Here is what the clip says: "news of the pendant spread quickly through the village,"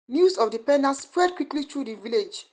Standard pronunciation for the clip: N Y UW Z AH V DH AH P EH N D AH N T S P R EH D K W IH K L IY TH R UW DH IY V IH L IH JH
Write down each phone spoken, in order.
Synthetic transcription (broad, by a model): N Y UW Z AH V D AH P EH N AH S P R EH D K W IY K L IY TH R UW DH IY V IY L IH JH